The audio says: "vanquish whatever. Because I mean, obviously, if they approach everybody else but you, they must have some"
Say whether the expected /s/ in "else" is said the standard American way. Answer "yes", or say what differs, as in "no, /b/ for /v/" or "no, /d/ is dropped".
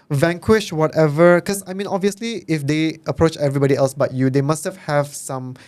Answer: yes